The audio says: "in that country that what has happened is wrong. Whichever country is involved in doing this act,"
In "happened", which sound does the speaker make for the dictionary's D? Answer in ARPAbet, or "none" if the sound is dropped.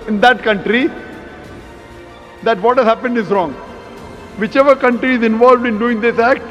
D